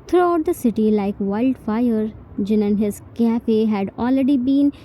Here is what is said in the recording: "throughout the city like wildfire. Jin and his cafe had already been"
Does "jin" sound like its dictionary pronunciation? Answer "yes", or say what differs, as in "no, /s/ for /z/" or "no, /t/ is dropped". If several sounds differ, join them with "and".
yes